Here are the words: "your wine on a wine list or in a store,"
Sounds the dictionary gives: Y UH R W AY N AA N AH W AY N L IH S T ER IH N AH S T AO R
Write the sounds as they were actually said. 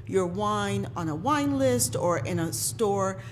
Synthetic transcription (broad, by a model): Y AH R W AY N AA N AH W AY N L IH S T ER IH N AH S T AO R